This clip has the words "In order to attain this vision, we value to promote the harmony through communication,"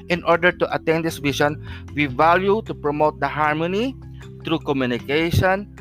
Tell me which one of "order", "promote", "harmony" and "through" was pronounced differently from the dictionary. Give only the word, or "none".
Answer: through